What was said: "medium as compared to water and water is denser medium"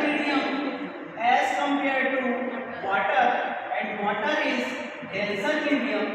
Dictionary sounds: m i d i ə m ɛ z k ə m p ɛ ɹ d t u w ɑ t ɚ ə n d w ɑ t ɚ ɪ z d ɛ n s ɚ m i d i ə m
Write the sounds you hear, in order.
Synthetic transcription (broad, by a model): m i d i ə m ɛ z k ə m p ɛ ɹ d t u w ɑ t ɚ ə n d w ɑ t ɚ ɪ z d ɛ l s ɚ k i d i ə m